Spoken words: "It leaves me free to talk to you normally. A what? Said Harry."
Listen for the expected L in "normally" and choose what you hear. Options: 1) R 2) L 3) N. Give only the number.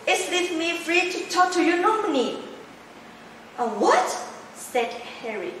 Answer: 3